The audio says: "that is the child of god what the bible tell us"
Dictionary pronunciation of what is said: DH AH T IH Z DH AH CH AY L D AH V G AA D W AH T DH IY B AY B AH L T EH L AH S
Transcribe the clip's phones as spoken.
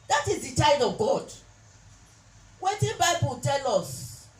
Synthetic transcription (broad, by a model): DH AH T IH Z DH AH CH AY D AH V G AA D W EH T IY B AY B AH L T EH L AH S